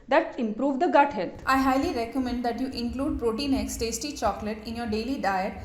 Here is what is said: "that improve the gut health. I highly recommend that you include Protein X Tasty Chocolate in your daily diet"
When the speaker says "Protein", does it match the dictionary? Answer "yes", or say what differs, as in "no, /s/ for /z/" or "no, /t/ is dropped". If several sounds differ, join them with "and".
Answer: yes